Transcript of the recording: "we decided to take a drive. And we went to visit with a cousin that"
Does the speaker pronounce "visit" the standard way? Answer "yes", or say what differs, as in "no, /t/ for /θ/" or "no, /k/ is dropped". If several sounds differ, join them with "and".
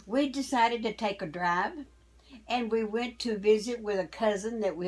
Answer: yes